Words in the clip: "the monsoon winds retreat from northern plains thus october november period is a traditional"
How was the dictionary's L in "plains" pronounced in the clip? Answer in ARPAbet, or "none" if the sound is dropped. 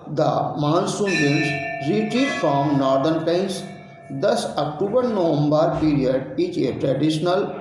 none